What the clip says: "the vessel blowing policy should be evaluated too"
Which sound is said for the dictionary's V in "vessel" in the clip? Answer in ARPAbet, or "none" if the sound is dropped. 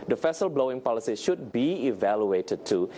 F